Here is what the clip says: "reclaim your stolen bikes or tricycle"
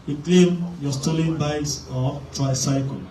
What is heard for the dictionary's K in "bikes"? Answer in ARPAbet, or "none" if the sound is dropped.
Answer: none